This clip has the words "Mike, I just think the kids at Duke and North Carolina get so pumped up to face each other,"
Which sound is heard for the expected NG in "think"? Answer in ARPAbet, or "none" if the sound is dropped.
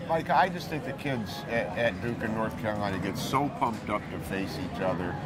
none